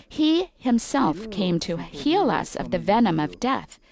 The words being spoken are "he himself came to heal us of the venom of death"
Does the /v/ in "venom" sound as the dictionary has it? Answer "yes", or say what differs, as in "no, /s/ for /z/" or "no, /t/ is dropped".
yes